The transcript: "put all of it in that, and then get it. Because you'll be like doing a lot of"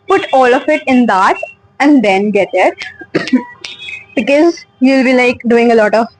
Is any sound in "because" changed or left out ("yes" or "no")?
no